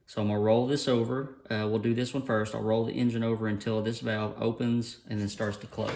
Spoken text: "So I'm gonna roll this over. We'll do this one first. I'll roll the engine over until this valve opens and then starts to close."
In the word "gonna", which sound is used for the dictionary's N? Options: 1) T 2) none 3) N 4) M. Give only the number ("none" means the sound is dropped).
2